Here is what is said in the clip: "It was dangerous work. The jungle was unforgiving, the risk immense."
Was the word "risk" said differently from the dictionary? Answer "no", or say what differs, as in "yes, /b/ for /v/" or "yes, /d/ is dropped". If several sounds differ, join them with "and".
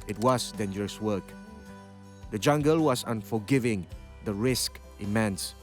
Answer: no